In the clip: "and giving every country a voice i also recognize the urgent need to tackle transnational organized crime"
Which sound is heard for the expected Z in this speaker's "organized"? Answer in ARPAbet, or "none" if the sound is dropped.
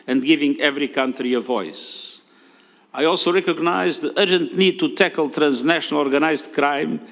Z